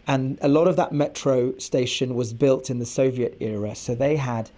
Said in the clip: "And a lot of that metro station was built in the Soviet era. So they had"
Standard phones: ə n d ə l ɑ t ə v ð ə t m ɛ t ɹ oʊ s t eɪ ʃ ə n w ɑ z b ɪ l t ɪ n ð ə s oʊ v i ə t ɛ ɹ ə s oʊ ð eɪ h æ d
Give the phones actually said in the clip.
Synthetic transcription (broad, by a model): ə n ə l ɑ t ə v ð ə t m ɛ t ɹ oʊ s t eɪ ʃ ə n w ɑ z b ɪ l t ɪ n ð ə s oʊ v i ə t ɛ ɹ ə s oʊ ð eɪ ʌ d